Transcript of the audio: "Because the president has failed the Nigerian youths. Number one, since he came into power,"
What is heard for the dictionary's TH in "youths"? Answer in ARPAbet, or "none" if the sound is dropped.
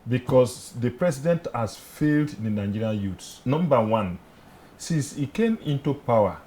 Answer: T